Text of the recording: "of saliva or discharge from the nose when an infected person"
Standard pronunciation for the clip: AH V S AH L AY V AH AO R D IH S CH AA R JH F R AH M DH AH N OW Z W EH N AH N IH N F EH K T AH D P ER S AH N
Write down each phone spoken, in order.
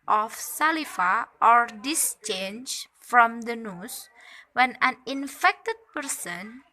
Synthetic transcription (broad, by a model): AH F S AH L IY F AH AO R D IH S CH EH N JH F R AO M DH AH N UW S W EH N AH N IH N F EH K T AH D P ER S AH N